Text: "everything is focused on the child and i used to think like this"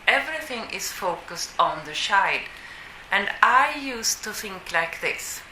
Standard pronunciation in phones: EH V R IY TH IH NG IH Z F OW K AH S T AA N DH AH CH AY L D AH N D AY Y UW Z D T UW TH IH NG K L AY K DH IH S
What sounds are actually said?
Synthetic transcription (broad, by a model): EH V R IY TH IH NG IH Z F OW K AH S T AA N DH AH SH AY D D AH N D AY Y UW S T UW TH IH NG K L AY K DH IH S